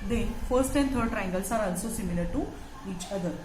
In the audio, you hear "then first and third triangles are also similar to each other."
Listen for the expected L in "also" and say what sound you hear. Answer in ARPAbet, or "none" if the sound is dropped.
N